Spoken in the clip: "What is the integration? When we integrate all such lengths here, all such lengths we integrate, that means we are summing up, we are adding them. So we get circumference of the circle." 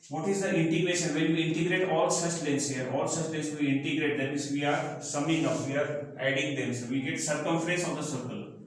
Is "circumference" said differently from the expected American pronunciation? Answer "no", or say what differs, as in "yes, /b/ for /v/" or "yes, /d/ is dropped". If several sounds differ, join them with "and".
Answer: yes, /n/ is dropped